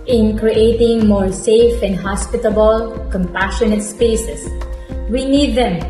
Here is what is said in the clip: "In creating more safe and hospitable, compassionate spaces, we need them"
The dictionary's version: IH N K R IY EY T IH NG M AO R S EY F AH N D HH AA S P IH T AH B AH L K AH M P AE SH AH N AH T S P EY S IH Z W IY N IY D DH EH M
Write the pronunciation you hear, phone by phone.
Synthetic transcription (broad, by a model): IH N K R IY EY T IH NG M AO R S EY F AH N D HH AA S P IH T AH B AH L K AH M P AE SH AH N AH T S P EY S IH S W IY N IY D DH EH M